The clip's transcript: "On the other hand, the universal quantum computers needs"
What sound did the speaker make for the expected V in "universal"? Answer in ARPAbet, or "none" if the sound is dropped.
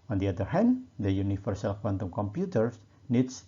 F